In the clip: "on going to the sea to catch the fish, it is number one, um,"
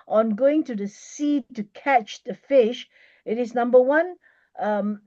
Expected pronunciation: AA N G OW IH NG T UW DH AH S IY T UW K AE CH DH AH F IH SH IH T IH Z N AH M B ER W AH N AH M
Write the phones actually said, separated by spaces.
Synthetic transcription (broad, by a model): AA N G OW IH NG T UW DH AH S IY T UW K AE CH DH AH F IH SH IH T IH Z N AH M B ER W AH N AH M